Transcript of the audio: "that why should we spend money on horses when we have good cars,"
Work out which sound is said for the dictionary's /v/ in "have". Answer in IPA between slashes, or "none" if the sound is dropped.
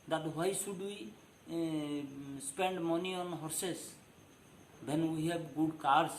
/b/